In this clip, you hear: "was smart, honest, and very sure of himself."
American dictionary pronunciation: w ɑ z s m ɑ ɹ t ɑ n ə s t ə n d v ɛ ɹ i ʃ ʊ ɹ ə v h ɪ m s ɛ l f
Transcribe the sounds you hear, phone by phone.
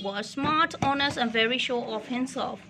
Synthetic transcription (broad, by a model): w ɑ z s m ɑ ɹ t ɑ n ə s t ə n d v ɛ ɹ i ʃ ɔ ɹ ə f h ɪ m s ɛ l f